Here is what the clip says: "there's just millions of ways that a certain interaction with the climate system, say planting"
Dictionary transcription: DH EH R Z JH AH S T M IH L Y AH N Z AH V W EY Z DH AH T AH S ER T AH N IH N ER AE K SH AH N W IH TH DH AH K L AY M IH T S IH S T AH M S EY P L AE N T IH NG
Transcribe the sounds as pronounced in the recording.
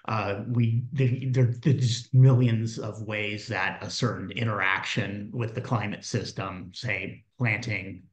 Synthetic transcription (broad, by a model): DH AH R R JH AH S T M IH L Y AH N Z AH V W EY Z DH AH T AH S ER T N IH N ER AE K SH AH N W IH DH AH K L AY M IH T S IH S T AH M S EY P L AE N T IH NG